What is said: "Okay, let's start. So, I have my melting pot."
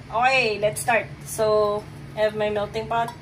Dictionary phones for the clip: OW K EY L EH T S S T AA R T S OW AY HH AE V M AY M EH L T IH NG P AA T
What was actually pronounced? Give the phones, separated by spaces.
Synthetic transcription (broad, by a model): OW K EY L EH T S S T AA R T S OW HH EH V M AY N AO T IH NG P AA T